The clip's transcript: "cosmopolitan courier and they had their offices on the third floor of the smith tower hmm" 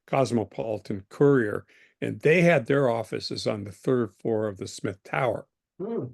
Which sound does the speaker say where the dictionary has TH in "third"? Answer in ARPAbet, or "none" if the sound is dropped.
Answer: TH